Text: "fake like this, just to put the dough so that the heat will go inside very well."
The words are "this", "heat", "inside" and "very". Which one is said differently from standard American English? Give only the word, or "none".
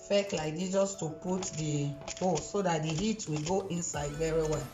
this